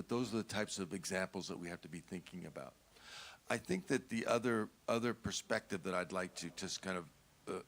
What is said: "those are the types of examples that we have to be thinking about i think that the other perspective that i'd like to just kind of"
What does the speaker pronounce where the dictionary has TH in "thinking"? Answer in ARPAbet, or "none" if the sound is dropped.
TH